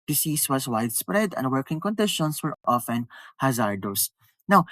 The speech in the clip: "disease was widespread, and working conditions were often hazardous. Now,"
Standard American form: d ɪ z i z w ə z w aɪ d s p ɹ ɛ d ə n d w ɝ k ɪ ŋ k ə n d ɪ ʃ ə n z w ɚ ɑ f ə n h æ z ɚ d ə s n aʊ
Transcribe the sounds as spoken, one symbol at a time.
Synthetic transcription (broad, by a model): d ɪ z i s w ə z w aɪ d s p ɹ ɛ d ə n d w ɝ k ɪ ŋ k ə n d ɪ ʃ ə n s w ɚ ɑ f ə n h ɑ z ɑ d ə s n aʊ